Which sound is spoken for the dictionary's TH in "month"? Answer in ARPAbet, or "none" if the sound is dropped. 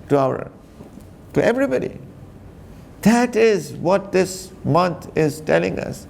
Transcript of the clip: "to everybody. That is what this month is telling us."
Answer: T